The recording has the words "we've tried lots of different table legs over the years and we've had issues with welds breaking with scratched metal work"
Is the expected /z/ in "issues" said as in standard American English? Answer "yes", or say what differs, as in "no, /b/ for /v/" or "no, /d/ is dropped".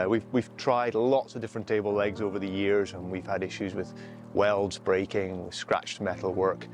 yes